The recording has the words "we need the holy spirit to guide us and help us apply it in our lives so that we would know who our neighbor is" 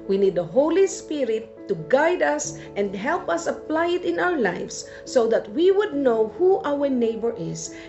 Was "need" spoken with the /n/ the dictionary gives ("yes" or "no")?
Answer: yes